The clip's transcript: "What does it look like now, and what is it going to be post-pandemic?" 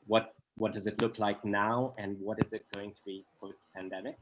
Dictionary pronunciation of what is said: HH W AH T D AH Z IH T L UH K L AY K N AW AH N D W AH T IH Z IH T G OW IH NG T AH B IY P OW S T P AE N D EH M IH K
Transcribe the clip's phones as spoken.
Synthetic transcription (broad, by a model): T W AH T D AH Z IH T L UH K L AY K N AW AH N W AH T IH Z IH T G OW IH NG T AH B IY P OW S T P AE N D EH M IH K